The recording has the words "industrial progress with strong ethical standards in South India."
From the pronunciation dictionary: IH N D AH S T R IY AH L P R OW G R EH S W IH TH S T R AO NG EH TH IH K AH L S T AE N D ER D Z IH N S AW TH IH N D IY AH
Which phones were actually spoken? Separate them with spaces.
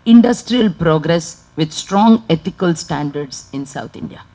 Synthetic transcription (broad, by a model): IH N D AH S T R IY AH L P R OW G R EH S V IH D S T R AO NG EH T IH K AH L S T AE N D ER D S IH N S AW T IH N D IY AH